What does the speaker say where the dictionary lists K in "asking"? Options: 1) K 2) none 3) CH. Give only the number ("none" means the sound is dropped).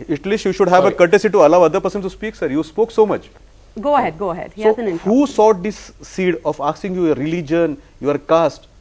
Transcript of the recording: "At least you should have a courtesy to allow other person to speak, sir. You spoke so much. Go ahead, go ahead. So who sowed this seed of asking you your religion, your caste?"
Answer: 2